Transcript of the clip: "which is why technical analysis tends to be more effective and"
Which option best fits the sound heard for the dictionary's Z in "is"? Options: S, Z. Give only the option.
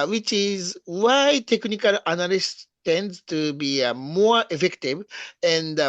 Z